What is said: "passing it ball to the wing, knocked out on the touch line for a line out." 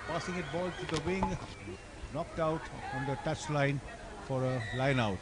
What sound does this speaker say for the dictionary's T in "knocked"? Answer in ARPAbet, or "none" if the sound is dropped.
T